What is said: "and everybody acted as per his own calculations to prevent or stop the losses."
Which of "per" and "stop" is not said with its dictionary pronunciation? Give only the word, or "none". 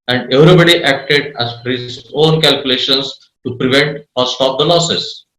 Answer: per